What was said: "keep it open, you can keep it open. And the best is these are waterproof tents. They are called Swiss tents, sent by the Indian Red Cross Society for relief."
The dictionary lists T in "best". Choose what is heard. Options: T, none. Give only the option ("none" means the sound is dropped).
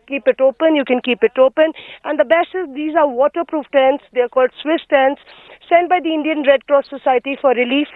none